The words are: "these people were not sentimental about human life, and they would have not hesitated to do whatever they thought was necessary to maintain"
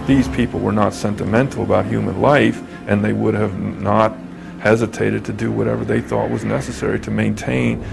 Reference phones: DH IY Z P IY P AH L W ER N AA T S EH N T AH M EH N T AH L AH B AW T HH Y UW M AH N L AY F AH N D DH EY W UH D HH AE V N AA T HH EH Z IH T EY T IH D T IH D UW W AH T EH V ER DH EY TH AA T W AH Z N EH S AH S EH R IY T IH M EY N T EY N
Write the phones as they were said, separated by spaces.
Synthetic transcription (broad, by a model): DH IY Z P IY P L W ER N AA T S EH N T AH M EH N T L AH B AW T HH Y UW M AH N L AY F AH N DH EY W UH D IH V N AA T HH EH Z IH T EY T IH D T IH D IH W AH T EH V ER DH EY TH AA T W AH Z N EH S AH S EH R IY T IH M EY N T EY N